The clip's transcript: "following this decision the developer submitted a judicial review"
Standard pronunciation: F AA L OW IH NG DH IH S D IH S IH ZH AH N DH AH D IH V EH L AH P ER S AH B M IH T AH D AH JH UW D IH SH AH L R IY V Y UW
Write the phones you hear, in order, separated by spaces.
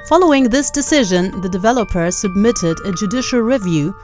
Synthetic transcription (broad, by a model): F AA L OW IH NG DH IH S D IH S IH ZH AH N DH AH D IH V EH L AH P ER S AH B M IH T AH D AH JH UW D IH SH L R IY V Y UW